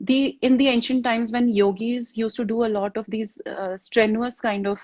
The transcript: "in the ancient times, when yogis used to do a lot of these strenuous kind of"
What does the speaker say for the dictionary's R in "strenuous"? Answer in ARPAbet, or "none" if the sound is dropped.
R